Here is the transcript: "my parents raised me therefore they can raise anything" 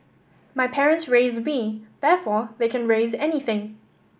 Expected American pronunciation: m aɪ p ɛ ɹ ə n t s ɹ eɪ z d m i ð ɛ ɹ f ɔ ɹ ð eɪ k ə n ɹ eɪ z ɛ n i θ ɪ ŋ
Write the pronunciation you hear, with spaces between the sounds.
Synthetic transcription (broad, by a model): m aɪ p ɛ ɹ ə n t s ɹ eɪ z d m i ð ɛ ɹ f ɔ ð eɪ k ə n ɹ eɪ z ɛ n i θ ɪ ŋ